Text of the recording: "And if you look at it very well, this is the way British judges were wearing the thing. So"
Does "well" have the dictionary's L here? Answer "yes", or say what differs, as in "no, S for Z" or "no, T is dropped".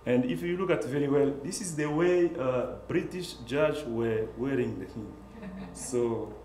yes